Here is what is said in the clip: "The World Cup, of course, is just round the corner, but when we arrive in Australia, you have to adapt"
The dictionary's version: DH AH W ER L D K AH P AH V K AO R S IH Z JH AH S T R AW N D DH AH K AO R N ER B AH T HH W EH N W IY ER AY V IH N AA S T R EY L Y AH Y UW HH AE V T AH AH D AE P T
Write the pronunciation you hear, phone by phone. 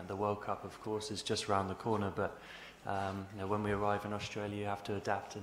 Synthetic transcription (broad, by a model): DH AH W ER L K AH P AH V K AO R S IH Z JH AH S T R AW N DH AH K AO R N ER B AH T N W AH N W IY ER AY V IH N AA S T R EY L Y AH Y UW HH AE F T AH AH D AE P T